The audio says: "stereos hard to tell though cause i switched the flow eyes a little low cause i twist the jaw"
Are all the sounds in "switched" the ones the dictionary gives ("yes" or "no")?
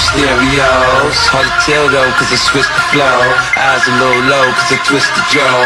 no